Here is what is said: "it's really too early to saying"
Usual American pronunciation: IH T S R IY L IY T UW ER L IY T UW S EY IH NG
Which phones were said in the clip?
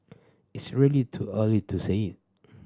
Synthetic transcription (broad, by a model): IH T S R IY L IY T UW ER L IY T UW S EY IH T